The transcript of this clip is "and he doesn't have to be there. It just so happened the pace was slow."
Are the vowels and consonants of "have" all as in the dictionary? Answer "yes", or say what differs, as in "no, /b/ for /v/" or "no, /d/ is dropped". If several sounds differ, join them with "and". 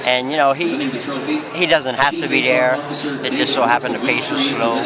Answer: no, /f/ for /v/